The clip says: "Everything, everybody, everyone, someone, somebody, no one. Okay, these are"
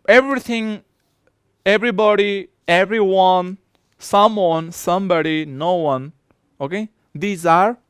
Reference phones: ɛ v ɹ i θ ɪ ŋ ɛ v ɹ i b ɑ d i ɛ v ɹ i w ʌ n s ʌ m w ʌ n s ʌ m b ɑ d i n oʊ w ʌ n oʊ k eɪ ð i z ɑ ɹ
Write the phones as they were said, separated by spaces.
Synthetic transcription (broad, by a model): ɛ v ɹ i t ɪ ŋ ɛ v ɹ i b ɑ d i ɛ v ɹ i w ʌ n s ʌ m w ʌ n s ʌ m b ɑ d i n oʊ w ʌ n oʊ k eɪ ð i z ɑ ɹ